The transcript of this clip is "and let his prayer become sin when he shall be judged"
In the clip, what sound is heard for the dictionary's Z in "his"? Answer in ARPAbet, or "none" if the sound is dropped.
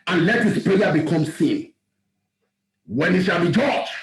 S